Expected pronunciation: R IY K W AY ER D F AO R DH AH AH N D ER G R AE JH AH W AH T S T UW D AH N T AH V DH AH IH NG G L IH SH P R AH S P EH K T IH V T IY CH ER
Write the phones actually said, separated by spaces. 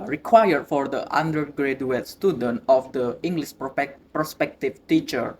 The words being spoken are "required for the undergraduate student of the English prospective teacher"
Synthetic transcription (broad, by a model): R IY K W AY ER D F AO R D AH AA N D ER G R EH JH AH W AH T S T UW D AH N T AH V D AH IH NG G L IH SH P R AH S P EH K T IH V T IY CH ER